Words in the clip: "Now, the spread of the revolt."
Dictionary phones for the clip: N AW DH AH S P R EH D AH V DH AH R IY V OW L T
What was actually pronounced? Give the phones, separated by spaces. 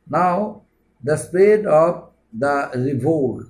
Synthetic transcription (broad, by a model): N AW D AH S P EH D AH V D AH R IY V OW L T